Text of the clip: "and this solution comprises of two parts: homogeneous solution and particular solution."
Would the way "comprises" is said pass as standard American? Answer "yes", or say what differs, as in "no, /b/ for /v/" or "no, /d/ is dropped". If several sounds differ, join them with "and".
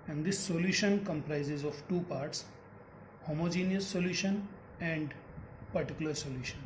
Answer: yes